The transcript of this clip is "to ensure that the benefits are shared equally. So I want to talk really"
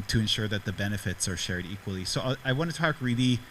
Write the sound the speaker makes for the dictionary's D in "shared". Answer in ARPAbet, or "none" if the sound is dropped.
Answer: D